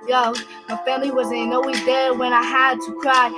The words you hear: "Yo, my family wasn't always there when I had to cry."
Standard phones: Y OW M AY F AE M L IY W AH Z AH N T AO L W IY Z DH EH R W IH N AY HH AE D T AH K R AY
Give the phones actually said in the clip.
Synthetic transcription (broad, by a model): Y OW M AY F AE M L IY W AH Z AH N AO W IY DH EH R W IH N AY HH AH D T AH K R AY